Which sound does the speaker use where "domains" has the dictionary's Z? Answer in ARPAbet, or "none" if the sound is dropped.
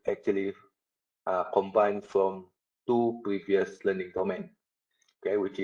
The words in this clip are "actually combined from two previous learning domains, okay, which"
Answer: none